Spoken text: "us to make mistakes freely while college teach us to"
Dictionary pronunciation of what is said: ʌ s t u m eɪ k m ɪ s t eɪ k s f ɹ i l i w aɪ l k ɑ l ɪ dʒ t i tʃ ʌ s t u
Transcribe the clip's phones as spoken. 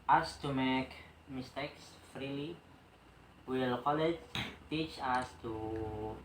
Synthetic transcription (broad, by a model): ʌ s t u m eɪ k m ɪ s t eɪ k s f ɹ i l i w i l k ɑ l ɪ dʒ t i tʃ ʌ s t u